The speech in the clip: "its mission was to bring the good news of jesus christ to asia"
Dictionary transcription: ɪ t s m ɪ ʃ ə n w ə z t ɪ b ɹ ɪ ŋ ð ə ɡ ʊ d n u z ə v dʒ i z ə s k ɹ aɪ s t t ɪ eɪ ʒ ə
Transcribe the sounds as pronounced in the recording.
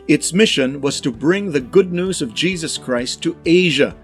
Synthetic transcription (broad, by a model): ɪ t s m ɪ ʃ ə n w ə z t ɪ b ɹ ɪ ŋ ð ə ɡ ʊ d n u z ə v dʒ i z ə s k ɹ aɪ s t t ɪ eɪ ʒ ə